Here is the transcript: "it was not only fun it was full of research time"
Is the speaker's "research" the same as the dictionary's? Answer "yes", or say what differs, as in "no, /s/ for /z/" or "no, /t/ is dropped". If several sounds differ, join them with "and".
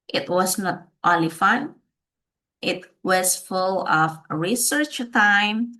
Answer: yes